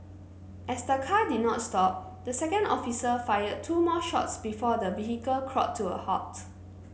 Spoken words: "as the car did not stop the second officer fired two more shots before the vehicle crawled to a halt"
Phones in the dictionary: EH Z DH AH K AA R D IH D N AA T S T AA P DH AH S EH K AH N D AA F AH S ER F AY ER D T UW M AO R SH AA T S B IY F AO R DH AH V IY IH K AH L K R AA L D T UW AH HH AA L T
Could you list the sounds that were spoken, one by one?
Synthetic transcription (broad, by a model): EH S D AH K AA D IH D N AA T S T AA P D AH S EH K AH N D AA F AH S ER F AY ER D T UW M AO SH AA T S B IY F AO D AH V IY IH K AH L K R AA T T UW AH HH AA T